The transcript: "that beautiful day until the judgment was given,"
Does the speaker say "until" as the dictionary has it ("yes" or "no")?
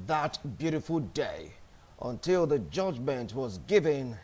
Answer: yes